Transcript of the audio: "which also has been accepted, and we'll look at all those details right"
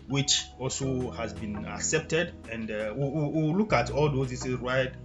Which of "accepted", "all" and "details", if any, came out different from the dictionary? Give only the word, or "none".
details